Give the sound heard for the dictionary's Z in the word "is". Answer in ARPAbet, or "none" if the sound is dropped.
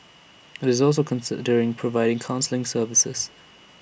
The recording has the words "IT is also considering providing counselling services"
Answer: Z